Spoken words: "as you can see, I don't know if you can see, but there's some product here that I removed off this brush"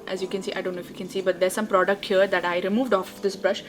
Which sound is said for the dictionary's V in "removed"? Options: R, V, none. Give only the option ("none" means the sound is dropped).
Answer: V